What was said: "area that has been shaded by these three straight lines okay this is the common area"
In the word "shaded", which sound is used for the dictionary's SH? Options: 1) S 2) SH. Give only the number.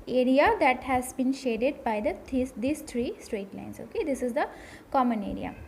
2